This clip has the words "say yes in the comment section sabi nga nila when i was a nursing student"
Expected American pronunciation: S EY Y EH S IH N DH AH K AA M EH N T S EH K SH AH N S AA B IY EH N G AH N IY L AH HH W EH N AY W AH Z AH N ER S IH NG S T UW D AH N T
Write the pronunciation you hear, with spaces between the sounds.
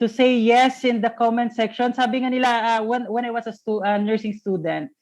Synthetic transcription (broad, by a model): S EY Y EH S IH N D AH K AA M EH N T S EH K SH AH N S AA B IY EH N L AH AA W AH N W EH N AY W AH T AH N ER S IH NG S T UW D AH N T